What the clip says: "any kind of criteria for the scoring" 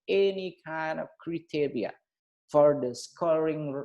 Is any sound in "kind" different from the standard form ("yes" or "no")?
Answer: no